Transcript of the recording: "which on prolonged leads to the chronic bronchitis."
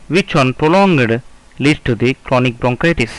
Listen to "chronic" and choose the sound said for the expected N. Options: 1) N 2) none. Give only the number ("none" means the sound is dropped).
1